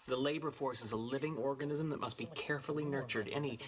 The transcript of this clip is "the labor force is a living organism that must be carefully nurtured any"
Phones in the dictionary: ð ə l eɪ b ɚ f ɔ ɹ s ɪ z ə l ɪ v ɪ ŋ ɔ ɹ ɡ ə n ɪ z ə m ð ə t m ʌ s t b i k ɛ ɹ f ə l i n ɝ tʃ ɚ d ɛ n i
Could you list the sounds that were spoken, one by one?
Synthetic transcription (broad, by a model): ð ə l eɪ b ɚ f ɔ ɹ s ɪ z ə l ɪ v ɪ ŋ ɔ ɹ ɡ ə n ɪ z ə m ð ə t m ʌ s t b i k ɛ ɹ f l i n ɝ tʃ ɚ d ɛ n i